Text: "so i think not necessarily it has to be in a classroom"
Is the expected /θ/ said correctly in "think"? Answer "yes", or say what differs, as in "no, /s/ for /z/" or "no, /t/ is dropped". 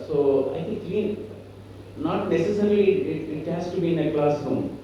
no, /t/ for /θ/